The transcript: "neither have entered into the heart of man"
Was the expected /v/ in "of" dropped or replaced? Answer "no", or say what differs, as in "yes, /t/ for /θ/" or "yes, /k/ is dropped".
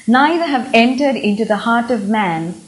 no